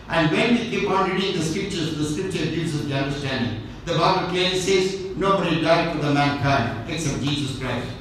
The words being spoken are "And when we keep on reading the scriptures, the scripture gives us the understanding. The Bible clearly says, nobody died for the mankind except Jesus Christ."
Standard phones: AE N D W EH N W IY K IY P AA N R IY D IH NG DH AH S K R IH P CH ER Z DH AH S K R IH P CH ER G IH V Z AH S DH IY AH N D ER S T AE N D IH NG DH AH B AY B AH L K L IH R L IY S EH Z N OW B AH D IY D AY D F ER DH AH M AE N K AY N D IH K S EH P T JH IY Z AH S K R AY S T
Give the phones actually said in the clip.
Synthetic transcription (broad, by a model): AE N D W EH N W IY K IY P AA N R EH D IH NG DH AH S K R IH P CH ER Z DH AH S K R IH P CH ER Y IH Z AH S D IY AH N D ER S T AE N D IH NG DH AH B AY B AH L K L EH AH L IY S EH Z N OW B AH D IY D AY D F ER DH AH M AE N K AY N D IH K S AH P JH IY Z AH S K R AY S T